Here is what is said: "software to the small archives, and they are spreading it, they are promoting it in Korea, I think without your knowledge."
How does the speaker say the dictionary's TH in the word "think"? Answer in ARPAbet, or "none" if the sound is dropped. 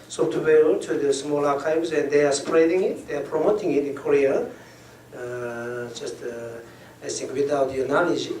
S